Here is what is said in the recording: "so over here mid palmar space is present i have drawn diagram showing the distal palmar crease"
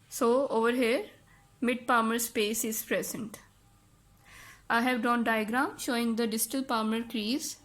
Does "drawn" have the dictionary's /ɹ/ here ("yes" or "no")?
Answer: no